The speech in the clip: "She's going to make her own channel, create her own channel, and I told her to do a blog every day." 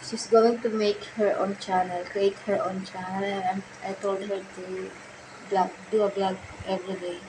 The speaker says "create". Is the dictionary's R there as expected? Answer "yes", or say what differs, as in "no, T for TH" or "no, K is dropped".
no, R is dropped